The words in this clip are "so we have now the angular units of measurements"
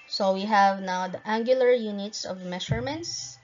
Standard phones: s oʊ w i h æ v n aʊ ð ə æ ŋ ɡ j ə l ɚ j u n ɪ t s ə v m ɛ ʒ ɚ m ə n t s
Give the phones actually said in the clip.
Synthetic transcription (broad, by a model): s oʊ w i h æ v n aʊ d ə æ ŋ ɡ j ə l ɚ j u n ɪ t s ə v m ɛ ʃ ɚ m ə n t s